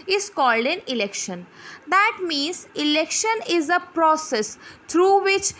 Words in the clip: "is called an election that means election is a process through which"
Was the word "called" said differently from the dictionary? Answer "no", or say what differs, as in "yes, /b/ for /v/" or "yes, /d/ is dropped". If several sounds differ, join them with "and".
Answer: no